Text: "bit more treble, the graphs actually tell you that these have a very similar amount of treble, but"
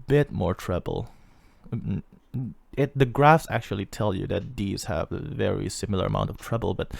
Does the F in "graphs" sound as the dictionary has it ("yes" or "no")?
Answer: yes